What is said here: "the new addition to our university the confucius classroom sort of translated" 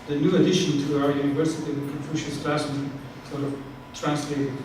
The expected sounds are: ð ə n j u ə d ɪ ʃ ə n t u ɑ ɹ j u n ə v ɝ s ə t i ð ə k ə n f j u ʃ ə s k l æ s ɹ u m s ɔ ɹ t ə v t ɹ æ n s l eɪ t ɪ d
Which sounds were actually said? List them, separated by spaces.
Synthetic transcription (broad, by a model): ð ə n j u ə d ɪ ʃ ə n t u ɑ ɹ j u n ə v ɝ s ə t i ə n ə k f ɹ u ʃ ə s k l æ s ɪ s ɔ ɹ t ə v t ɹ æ n s l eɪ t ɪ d